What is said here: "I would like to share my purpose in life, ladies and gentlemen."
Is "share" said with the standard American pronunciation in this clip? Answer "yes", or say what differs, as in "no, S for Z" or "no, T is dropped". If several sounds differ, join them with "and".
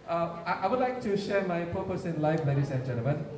yes